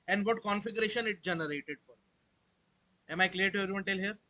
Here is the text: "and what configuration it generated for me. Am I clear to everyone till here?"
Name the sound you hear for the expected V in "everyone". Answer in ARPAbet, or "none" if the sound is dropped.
none